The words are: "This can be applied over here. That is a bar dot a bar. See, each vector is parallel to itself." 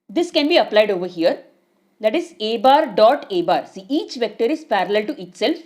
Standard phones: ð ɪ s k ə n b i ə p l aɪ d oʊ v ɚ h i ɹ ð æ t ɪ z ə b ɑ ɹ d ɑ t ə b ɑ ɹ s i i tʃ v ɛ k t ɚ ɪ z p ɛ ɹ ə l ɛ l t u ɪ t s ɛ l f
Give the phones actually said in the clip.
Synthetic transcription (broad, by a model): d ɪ s k ə n b i ə p l aɪ d oʊ v ɚ h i ɹ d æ t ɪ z ə b ɑ ɹ d ɑ t ə b ɑ ɹ s i i tʃ v ɛ k t ɚ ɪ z p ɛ ɹ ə l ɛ l t u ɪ t s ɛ l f